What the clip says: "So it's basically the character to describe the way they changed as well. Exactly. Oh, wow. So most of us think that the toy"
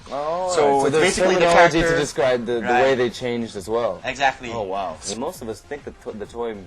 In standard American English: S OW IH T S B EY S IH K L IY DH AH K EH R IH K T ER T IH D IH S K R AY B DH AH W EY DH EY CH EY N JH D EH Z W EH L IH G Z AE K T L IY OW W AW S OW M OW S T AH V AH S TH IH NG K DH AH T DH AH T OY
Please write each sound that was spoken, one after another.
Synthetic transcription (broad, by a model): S OW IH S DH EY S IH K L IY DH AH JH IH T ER T IH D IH S K R AY B DH AH W EY DH EY CH EY N JH D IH Z W EH L IH G Z AE K T L IY OW W AW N M OW S T AH V AH S TH IH NG K DH AH T DH AH T OY